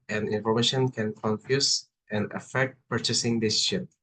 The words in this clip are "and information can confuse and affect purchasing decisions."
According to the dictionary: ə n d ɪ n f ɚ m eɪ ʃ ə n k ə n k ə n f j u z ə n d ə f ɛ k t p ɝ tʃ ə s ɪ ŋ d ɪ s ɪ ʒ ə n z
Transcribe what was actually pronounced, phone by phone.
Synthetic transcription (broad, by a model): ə n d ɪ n f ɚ m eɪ ʃ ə n k ə n k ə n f j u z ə n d ə f ɛ k t p ɝ tʃ ə s ɪ ŋ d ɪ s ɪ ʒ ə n